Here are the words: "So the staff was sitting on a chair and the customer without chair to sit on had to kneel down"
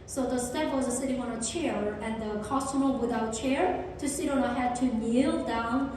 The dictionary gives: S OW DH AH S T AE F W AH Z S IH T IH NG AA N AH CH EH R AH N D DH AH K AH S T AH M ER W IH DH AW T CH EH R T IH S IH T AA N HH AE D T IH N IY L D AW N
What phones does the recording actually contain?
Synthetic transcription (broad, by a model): S OW DH AH S T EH P W AH Z S IH T IH NG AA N AH CH EH R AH N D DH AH K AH S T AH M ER W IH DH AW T CH EH R T IH S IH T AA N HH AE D T IH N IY L D AW N